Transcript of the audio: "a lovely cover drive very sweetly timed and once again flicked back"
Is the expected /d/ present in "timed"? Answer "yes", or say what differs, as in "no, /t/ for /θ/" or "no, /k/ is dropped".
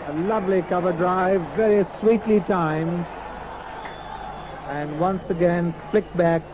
no, /d/ is dropped